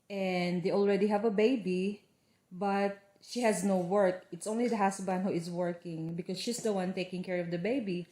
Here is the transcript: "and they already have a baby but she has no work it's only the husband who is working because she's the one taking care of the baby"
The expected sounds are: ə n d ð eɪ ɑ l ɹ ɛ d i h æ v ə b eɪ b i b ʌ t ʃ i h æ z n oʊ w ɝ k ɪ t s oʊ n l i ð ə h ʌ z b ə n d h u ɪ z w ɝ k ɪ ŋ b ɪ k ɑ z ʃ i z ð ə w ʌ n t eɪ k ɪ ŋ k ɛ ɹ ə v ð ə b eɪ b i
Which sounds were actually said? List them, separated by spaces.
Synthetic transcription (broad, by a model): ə n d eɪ ɑ l ɹ ɛ d i h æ v ə b eɪ b i b ʌ t ʃ i h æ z n oʊ w ɝ k ɪ t s oʊ n l i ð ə h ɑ s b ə n h u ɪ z w ɝ k ɪ ŋ b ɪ k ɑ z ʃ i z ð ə w ʌ n t eɪ k ɪ ŋ k ɛ ɹ ə v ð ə b eɪ b i